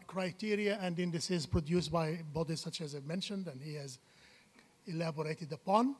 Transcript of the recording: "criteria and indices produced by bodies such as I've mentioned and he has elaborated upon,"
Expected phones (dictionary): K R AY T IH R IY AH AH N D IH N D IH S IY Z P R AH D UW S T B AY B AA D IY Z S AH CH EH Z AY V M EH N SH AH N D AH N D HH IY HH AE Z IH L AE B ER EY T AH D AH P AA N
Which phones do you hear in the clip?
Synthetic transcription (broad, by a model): K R AY T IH R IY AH AH N D IH N D IH S IY Z P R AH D UW S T B AY B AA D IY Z S AH CH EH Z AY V M EH N SH AH N D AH N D HH IY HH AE Z IH L AE B ER EY T AH D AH P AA N